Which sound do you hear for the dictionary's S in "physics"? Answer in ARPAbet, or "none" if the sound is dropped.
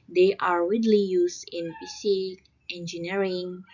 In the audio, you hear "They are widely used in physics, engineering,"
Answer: none